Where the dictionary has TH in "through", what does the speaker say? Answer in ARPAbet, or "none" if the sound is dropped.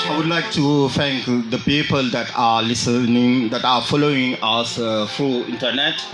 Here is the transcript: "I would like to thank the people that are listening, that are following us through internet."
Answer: F